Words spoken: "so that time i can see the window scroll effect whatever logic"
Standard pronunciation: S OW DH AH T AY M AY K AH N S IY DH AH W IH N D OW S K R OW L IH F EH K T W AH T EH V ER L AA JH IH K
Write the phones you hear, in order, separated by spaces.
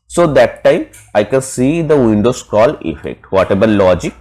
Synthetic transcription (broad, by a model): S OW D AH T AY M AY K AH N S IY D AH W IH N D OW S K OW L IH F EH K T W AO T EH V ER L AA JH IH K